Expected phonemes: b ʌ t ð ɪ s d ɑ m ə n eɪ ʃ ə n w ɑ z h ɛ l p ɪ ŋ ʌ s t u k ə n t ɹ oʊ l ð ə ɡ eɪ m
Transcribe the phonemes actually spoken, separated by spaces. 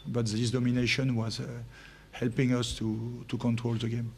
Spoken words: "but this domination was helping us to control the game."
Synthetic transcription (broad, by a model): b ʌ t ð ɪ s d ɑ m ə n eɪ ʃ ə n w ɑ z h ɛ l p ɪ ŋ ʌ s t u k ə n t ɹ oʊ l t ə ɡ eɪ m